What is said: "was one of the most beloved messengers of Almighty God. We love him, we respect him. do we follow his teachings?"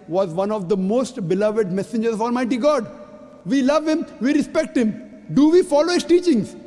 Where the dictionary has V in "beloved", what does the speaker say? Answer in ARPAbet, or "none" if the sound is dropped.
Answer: V